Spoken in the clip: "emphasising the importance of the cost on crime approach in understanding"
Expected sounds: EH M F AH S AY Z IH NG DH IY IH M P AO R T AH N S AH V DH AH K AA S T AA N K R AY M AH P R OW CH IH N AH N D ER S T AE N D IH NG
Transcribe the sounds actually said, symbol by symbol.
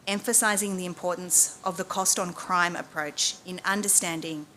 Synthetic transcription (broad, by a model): EH M F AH S AY Z IH NG DH IY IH M P AO R T N S AH V DH AH K AA S T N K R AY M AH P R OW CH IH N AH N D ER S T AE N D IH NG